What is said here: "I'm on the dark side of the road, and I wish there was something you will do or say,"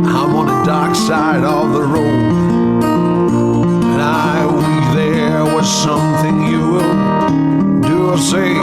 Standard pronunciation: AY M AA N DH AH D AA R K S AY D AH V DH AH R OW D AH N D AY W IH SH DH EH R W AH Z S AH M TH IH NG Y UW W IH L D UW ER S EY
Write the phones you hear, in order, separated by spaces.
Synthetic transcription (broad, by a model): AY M AA N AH D AA R K S AY D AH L DH AH R OW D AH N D AY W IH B DH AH R W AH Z S AH M TH IH NG Y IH W IH L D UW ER S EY